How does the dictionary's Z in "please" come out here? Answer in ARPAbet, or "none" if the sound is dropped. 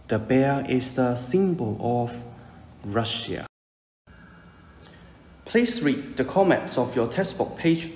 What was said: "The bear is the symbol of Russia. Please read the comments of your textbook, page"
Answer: S